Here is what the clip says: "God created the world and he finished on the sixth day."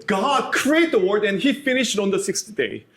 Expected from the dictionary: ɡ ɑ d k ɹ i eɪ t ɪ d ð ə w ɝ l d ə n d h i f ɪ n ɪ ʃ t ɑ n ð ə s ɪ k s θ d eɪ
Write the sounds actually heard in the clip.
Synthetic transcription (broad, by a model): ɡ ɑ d k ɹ i eɪ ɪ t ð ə w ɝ d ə n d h i f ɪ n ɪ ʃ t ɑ n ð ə s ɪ k s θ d eɪ